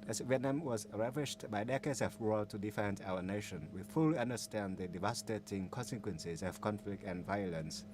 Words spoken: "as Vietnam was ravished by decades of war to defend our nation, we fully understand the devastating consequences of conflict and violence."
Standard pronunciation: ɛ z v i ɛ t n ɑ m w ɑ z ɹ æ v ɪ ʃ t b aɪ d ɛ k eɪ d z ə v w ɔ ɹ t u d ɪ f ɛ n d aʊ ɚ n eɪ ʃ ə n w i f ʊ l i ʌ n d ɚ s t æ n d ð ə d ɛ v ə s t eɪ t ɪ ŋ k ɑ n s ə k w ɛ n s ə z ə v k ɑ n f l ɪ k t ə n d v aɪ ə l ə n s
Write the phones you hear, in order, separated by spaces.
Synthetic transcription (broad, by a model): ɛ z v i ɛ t n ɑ m w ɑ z ɹ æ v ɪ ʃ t b aɪ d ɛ k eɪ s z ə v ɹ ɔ l t u d ɪ f ɛ n d aʊ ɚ n eɪ ʃ ə n w i f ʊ l i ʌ n d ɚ s t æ n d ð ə d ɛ v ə s t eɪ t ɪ ŋ k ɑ n s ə k w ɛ n s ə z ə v k ɑ n f l ɪ k t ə n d v aɪ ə l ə n s